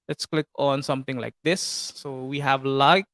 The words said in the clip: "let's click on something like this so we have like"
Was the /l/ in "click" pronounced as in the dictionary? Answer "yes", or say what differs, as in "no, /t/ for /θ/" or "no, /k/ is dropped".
yes